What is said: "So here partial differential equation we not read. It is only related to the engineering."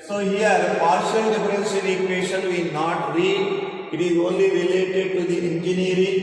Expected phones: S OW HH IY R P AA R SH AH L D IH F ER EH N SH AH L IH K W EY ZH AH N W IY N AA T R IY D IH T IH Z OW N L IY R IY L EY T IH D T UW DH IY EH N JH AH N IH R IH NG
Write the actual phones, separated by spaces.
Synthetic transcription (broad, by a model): S OW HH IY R P AA R SH AH L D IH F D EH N S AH N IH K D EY SH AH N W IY N AA T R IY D IH T IH Z OW N L IY R IY L EY T IH D T UW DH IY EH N JH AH N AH R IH